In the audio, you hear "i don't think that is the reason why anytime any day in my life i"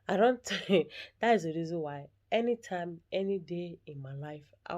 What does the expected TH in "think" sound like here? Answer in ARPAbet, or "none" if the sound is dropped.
T